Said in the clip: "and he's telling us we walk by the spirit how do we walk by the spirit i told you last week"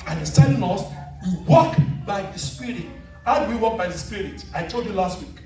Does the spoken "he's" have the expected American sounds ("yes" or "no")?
no